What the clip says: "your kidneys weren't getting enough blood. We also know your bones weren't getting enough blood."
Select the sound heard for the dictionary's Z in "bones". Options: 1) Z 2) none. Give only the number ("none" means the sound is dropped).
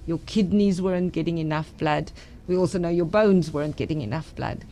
1